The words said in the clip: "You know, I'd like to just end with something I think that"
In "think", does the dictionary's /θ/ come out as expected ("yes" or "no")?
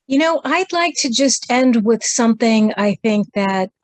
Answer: yes